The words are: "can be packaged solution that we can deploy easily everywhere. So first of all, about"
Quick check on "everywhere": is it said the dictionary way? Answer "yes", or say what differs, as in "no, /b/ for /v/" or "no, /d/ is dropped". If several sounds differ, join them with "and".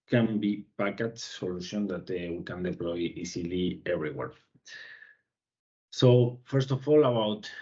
no, /b/ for /v/